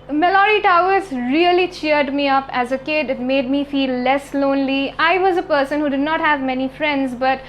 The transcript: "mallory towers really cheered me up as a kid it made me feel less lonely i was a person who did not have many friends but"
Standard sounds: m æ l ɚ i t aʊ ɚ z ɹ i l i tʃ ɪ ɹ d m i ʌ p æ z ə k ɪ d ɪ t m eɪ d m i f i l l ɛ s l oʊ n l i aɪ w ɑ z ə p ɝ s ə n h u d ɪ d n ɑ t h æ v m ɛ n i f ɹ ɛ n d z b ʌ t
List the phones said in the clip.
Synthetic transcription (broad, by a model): m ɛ l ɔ i t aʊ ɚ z ɹ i l i tʃ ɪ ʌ d m i ʌ p æ z ə k ɪ d ɪ t m eɪ d m i f i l l ɛ s l oʊ n l i aɪ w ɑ z ə p ɝ s ə n h u d ɪ d n ɑ t h æ v m ɛ n i f ɹ ɛ n d z b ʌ t